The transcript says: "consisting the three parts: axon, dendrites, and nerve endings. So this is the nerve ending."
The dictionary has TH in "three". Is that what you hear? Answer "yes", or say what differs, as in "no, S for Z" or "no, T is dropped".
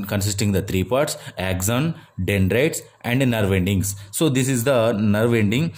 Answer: no, T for TH